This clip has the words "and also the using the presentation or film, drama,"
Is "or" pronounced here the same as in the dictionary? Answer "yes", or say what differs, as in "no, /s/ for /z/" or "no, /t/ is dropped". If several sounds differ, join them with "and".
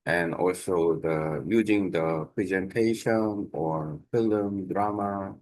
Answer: yes